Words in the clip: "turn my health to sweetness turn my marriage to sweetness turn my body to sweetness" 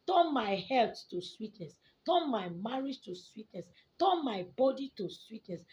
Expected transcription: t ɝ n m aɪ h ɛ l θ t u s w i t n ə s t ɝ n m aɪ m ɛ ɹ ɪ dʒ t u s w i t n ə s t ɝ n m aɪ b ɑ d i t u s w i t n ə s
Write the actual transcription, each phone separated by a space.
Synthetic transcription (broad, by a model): t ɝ n m aɪ h ɛ l t t u s w i t n ə s t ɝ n m aɪ m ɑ ɹ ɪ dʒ t u s w i t n ə s t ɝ n m aɪ b ɑ d i t u s w i t n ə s